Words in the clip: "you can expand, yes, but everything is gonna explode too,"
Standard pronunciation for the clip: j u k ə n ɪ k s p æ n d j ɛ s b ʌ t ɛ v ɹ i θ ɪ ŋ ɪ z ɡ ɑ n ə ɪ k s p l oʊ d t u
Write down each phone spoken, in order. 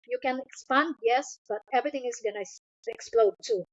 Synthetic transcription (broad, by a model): j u k ə n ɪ k s p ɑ n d j ɛ s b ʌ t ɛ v ɹ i t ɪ ŋ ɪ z ɡ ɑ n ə ɪ k s p l oʊ d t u